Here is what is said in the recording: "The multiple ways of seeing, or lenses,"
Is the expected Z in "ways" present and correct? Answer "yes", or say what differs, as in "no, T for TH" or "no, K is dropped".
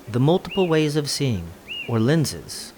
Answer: yes